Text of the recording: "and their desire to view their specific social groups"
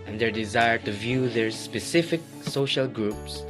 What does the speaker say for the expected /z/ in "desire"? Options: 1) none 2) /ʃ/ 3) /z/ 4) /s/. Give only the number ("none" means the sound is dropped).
3